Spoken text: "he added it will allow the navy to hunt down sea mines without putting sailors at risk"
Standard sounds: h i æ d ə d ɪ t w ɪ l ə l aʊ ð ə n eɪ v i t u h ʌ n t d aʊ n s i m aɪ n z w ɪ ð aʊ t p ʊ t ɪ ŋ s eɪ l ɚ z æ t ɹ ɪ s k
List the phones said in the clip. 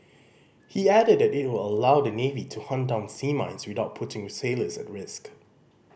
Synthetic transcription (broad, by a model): h i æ d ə d ɪ t w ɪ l ə l aʊ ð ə n eɪ v i t u h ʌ n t d aʊ n s i m aɪ n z w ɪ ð aʊ t p ʊ t ɪ ŋ s eɪ l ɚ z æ t ɹ ɪ s k